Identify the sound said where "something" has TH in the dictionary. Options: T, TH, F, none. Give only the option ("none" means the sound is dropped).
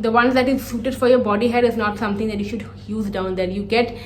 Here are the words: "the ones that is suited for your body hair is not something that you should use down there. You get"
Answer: T